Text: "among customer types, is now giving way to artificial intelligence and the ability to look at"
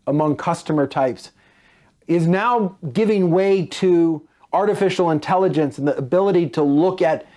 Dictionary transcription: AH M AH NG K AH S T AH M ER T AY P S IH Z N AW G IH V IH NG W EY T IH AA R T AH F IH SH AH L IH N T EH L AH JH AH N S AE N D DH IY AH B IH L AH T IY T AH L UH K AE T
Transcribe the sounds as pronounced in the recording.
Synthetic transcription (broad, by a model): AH M AH NG K AH S T AH M ER T AY P S IH Z N AW G IH V IH NG W EY T IH AA R T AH F IH SH L IH N T EH L AH JH AH N S N DH IY AH B IH L AH T IY T AH L UH K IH T